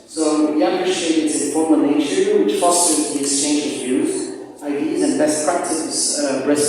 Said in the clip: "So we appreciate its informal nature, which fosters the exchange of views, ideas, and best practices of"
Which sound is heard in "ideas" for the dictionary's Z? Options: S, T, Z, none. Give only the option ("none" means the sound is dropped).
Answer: Z